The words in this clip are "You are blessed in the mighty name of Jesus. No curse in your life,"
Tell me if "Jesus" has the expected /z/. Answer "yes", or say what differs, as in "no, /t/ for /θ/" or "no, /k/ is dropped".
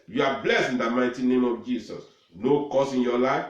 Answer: no, /s/ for /z/